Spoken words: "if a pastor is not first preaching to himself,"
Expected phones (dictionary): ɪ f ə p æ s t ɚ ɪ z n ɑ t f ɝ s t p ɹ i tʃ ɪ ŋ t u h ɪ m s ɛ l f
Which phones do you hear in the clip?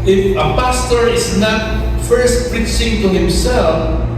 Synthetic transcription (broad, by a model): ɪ f ə p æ s t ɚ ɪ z n ɑ t f ɝ s t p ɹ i s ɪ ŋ t u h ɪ m s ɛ l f